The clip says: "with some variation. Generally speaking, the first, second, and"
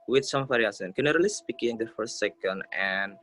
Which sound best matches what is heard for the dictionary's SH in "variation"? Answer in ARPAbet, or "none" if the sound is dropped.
S